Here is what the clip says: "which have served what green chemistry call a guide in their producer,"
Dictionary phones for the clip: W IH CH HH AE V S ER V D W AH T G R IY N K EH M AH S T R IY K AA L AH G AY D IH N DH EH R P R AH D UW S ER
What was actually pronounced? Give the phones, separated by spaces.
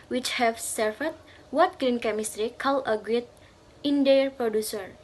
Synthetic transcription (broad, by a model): W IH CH HH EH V S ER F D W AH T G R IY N K EH M AH S T R IY K AA L AH G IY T IH N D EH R P R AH D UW S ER